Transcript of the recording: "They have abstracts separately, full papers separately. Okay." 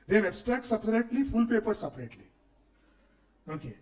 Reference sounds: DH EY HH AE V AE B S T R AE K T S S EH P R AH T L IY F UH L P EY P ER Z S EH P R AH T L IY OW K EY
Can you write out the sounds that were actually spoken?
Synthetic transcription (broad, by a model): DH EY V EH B S T AE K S S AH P R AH T L IY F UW L P EY P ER S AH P R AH T L IY OW K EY